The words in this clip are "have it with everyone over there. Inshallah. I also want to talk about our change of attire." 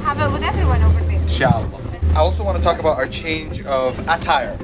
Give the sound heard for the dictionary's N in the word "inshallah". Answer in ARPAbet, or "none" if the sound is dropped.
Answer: none